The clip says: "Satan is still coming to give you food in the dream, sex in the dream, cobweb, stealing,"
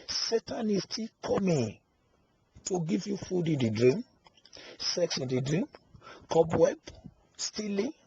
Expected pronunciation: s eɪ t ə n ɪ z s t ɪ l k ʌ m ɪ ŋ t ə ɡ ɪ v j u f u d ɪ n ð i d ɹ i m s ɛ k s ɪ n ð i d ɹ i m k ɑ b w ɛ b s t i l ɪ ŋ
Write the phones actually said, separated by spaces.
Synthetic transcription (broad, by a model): s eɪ t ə n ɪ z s t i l k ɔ m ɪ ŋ t ə ɡ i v j u f u d ɪ n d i d ɹ i m s ɛ k s ɪ n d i d ɹ i m k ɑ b w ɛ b s t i l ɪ